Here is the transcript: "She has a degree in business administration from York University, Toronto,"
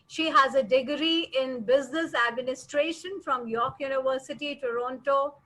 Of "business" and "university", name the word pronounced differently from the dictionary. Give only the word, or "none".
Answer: none